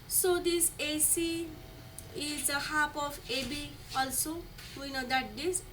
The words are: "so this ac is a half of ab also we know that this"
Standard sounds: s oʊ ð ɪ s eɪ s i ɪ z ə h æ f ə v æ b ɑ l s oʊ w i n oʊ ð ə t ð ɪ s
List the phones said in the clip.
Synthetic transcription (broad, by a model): s oʊ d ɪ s eɪ s i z ə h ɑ p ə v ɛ b ɑ l s oʊ w i n oʊ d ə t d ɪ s